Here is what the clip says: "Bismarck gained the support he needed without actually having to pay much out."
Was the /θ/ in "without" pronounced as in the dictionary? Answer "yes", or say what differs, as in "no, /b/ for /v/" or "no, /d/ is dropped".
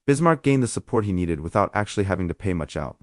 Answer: yes